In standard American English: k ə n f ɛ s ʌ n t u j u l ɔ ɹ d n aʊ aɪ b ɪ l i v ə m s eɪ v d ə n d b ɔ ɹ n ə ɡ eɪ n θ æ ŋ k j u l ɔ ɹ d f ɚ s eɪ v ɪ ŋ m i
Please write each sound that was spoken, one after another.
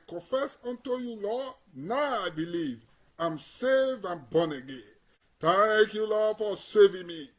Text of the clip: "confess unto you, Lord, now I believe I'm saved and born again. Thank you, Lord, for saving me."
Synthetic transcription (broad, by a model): k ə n f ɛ s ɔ n t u j u l ɔ n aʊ aɪ b ɪ l i v ə m s eɪ v ə n b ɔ n ə ɡ eɪ n t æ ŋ k j u l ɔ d f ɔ s eɪ v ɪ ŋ m i